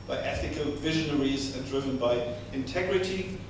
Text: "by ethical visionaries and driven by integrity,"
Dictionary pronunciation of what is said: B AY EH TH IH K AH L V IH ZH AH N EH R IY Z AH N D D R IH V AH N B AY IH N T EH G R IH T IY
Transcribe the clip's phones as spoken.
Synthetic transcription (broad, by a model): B AY EH TH IH K AH L V IH ZH AH N EH R IY Z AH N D D R IH V AH N B AY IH N T EH G R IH T IY